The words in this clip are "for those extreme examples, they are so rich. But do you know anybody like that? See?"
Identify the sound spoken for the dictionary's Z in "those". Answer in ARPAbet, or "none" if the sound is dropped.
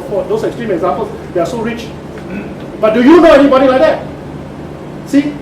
S